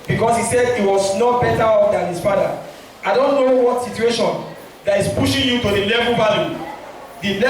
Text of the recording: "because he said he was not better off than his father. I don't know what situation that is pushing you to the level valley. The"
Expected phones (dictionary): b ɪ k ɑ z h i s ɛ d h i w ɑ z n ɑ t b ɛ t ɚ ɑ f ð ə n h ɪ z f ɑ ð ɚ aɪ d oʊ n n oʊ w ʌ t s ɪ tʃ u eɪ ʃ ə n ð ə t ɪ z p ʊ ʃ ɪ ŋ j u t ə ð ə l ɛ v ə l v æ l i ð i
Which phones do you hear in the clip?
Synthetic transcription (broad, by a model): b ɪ k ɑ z h i s ɛ d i w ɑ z n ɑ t b ɛ t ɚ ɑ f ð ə n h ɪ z f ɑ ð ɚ aɪ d oʊ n n oʊ w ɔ t s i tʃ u eɪ ʃ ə n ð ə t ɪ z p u ʃ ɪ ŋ j u t ə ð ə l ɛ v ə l b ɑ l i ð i